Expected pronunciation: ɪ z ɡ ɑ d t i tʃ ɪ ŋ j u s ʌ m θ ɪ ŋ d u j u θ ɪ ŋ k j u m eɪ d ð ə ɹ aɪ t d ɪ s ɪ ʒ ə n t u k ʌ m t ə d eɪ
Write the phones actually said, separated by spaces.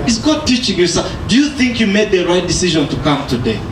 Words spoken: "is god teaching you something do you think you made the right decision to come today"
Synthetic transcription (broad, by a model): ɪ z ɡ ɑ d t i tʃ ɪ ŋ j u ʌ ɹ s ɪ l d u j u θ ɪ ŋ k j u m eɪ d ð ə ɹ aɪ t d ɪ s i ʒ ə n t u k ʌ m t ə d eɪ